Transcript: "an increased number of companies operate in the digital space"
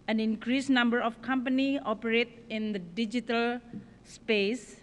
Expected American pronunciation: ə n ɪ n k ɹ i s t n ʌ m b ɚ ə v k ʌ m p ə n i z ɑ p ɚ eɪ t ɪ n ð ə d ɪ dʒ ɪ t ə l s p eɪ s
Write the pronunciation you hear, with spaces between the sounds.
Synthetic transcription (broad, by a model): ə n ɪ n k ɹ i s n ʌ m b ɚ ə f k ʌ m p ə n i ɑ p ɚ eɪ t ɪ n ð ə d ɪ dʒ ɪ t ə l s p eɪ s